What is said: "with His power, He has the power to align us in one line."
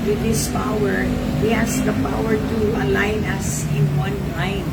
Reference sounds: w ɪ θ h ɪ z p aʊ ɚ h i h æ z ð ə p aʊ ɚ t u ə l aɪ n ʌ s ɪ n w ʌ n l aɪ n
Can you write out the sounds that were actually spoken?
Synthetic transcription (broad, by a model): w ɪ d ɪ s p aʊ ɚ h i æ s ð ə p aʊ ɚ t u ə l aɪ n ʌ s ɪ n w ʌ n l aɪ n